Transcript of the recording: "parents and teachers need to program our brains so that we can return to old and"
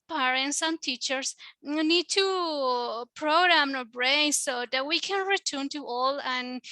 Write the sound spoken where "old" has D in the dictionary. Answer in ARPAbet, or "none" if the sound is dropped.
none